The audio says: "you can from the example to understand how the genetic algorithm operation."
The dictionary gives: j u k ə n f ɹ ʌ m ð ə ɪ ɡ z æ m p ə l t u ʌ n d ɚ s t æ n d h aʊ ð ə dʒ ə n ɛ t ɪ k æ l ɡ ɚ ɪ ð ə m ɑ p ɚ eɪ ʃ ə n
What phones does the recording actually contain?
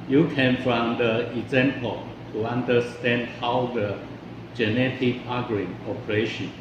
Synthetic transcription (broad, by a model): j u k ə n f ɹ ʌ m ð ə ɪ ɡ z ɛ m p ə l t u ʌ n d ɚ s t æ n d h aʊ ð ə dʒ ə n ɛ t ɪ k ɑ ɡ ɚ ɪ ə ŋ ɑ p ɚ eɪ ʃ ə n